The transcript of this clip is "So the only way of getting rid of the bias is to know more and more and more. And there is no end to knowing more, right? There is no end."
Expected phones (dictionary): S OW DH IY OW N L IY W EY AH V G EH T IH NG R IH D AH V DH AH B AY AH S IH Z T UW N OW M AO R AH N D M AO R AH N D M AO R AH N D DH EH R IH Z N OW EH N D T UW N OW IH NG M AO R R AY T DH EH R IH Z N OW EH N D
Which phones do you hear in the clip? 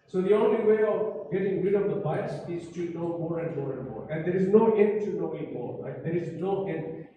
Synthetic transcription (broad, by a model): S OW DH IY OW N L IY W EY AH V G EH T IH NG R IH D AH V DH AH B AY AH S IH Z T UW N OW M AO R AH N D M AO R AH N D M AO R AH N D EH R IH Z N OW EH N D T UW N OW IH NG M AO R L AY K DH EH R IH Z N OW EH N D